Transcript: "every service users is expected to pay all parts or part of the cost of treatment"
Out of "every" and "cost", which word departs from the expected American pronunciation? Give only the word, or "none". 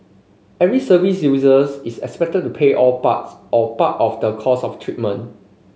cost